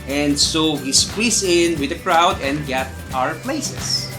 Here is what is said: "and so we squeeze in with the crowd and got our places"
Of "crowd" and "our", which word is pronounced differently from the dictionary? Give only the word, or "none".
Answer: none